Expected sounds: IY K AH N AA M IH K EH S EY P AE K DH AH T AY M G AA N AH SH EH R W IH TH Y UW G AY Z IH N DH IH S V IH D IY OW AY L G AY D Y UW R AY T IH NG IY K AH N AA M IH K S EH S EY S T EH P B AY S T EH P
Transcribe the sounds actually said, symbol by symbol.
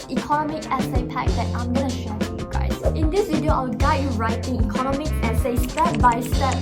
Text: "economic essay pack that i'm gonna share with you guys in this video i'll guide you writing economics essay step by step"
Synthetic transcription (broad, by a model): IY K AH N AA M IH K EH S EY P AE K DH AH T AY M G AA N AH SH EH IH Y UW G AY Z IH N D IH S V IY D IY OW AY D G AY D Y UW R AY T IH NG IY K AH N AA M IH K EH S EY S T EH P B AY S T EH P